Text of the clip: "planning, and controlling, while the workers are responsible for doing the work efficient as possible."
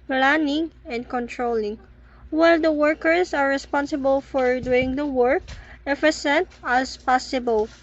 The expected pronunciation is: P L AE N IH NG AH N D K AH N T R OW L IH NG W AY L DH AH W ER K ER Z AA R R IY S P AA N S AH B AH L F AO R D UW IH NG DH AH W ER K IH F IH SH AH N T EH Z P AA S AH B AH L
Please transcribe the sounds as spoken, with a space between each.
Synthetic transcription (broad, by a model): P L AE N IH NG AH N D K AH N T R OW L IH NG W AY L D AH W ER K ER S AA R R IY S P AA N S AH B AH L F AO R D UW IH NG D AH W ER K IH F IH S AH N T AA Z P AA S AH B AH L